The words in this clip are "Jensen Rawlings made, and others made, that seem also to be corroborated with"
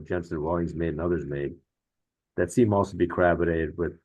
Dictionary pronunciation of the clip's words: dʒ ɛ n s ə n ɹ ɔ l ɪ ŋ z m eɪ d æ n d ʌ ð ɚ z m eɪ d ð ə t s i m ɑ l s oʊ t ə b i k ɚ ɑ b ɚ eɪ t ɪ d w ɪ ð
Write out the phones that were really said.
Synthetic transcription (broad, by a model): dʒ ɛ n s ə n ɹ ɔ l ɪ ŋ z m eɪ d n ʌ ð ɚ z m eɪ d ð ə t s i m ɑ l s oʊ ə b i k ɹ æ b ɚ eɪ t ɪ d w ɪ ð